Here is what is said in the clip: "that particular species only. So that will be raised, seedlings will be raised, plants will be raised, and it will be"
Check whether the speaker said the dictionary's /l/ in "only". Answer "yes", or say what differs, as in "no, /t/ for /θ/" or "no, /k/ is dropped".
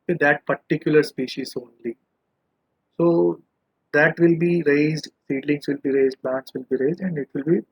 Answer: yes